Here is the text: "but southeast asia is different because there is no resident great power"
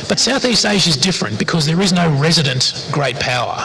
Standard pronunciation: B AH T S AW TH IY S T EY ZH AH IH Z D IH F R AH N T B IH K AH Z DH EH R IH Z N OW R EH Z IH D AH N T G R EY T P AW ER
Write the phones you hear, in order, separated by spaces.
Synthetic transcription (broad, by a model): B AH T S AW TH IY S T EY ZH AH IH Z D IH F R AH N B IH K AH Z DH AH R IH Z N OW R EH Z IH D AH N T G R EY T P AW ER